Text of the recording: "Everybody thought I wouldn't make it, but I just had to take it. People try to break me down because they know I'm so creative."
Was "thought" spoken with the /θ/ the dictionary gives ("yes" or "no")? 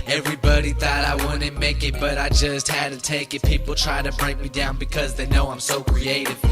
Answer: yes